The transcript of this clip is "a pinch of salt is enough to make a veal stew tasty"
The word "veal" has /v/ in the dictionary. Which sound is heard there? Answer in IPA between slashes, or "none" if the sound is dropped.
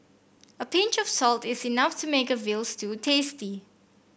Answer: /v/